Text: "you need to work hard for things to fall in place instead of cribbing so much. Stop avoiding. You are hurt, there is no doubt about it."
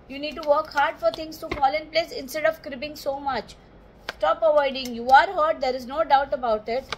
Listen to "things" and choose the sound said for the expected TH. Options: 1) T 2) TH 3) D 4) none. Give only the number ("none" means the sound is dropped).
1